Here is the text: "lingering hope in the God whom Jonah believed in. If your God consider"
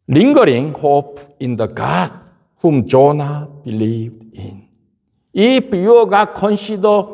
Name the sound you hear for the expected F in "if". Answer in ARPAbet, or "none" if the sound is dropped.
P